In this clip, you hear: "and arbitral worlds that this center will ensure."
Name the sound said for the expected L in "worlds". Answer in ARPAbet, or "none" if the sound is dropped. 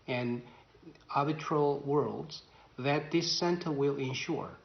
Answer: L